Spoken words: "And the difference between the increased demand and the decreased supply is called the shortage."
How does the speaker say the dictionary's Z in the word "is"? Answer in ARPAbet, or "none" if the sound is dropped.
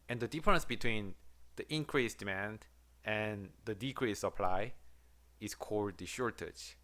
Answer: S